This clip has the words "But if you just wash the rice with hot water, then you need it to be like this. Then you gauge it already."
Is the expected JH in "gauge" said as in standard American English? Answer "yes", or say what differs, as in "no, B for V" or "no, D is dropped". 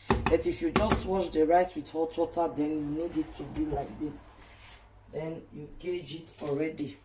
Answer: yes